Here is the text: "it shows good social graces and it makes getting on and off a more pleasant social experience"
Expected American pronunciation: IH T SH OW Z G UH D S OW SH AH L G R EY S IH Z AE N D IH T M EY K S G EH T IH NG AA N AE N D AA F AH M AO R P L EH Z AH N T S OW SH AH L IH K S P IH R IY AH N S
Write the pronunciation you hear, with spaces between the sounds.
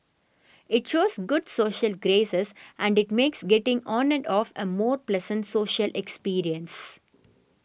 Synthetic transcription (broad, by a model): IH T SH OW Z G UH D S OW SH AH L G R EY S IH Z AE N D IH T M EY K S G EH T IH NG AA N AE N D AA F AH M AO R P L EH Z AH N T S OW SH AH L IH K S P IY R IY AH N S